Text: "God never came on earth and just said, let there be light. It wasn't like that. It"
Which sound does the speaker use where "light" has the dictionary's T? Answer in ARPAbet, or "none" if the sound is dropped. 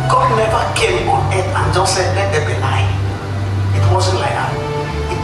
none